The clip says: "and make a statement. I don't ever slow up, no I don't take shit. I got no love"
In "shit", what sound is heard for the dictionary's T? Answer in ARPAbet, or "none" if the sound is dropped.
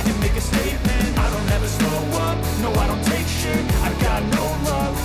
none